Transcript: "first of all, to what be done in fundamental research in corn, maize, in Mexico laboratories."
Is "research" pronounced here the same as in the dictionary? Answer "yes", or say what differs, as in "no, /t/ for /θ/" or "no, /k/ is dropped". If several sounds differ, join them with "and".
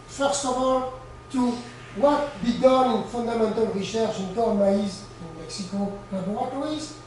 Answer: no, /ʃ/ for /s/ and /ʃ/ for /tʃ/